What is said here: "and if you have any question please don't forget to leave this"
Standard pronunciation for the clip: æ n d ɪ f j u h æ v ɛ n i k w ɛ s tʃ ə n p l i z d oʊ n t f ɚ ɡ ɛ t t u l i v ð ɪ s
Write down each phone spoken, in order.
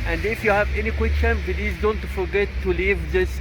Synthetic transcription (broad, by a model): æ n d ɪ f j u h æ v ɛ n i k w ɛ s tʃ ə n b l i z d oʊ n t f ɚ ɡ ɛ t t u l i v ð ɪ s